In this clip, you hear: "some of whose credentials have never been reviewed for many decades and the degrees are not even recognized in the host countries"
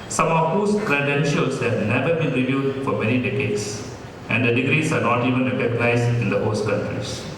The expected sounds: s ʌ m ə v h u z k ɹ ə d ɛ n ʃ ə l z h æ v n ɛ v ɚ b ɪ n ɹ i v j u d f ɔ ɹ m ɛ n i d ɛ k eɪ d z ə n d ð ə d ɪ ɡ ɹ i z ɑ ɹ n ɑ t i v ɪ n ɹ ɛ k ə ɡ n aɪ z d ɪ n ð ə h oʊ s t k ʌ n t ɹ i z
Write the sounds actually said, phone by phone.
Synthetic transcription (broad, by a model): s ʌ m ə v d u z k ɹ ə d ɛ n ʃ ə l s h æ v n ɛ v ɚ b ɪ n ɹ i v j u d f ɔ ɹ m ɛ n i d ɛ k eɪ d s ə n d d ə d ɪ ɡ ɹ i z ɑ ɹ n ɑ t i v ɪ n ɹ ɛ k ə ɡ n aɪ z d ɪ n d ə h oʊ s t k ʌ n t ɹ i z